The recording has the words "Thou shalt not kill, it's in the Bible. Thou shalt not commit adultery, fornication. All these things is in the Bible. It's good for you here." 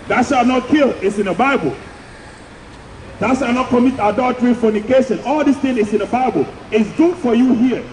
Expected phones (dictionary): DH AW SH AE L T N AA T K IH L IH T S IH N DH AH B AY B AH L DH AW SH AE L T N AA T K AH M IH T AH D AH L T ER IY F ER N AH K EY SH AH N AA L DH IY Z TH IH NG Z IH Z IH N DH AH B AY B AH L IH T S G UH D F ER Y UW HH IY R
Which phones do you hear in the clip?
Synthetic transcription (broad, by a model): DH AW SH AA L N AA T K IH L IH T S IH N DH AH B AY B AH L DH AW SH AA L N AA T K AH M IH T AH D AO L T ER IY F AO N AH K EY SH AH N AA L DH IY S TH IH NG IH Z IH N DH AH B AY B AH L IH T S G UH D F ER Y UW HH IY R